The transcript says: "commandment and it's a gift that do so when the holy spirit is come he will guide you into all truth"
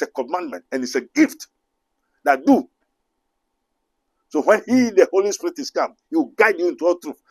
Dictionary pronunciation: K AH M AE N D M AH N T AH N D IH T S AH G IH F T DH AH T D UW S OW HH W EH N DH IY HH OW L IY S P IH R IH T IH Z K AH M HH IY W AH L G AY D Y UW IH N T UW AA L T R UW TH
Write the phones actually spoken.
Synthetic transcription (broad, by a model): K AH M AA N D M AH N T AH N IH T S AH G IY F T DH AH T D UW S OW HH W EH N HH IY HH OW L IY S P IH R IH T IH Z K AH M HH IY W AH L G AY D Y UW IH N T UW AA L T R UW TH